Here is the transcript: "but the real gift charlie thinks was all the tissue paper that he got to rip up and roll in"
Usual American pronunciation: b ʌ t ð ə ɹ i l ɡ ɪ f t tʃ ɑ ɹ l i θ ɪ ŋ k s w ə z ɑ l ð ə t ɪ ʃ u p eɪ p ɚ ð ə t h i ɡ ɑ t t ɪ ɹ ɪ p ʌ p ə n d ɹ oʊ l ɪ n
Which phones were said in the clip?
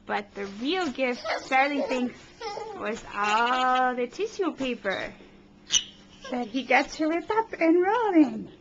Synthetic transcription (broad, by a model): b ʌ t ð ə ɹ i l ɡ ɪ f t s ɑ ɹ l i θ ɪ ŋ k s w ə z ɑ l ð ə t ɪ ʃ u p eɪ p ɚ ð ə t h i ɡ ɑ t t ɪ l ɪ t ʌ p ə n ɹ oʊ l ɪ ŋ